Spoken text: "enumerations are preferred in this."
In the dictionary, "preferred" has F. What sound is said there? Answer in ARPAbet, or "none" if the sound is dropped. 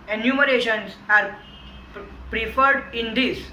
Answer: F